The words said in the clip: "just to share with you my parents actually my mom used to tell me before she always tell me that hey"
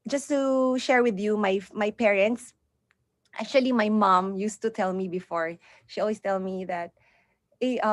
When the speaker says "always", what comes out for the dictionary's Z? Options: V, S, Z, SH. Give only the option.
S